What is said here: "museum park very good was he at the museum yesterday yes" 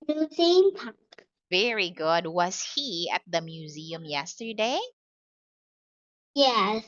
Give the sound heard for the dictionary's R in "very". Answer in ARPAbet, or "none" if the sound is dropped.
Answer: R